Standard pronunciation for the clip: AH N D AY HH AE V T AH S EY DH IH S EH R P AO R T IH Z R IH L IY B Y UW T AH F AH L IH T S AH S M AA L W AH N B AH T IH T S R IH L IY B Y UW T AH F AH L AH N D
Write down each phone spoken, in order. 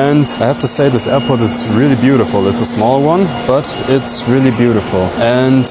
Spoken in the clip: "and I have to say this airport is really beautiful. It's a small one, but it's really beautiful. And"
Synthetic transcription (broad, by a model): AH N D AY HH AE F T AH S EY DH IH S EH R P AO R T IH Z R IH L IY B Y UW T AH F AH L IH T S AH S M AA L W AH N B AH T IH T S R IH L IY B Y UW T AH F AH L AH N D